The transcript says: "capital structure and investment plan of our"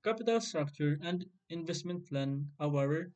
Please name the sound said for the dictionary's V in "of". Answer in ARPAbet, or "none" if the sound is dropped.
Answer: W